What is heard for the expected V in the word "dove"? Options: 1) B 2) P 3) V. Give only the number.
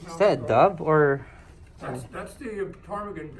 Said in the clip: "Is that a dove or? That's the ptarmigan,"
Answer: 1